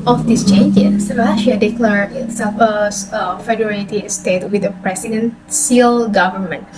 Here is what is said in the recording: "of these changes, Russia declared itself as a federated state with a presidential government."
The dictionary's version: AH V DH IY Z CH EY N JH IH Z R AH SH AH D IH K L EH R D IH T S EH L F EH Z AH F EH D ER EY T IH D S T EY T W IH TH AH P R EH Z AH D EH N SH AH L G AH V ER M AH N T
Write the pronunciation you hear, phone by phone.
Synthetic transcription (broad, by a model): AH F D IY S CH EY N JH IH S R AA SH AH D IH K L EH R IH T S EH F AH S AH F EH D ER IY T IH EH S T EY T W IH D AH P R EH S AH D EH N S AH L G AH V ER M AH N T